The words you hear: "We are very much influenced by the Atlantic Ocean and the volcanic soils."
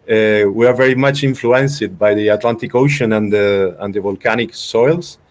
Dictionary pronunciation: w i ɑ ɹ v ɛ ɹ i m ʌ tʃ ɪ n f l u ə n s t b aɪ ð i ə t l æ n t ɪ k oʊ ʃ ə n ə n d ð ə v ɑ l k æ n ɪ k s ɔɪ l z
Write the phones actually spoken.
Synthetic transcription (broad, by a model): w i ɑ ɹ v ɛ ɹ i m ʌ tʃ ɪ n f l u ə n s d b aɪ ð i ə t l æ n t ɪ k oʊ ʃ ə n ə n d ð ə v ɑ l k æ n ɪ k s ɔɪ l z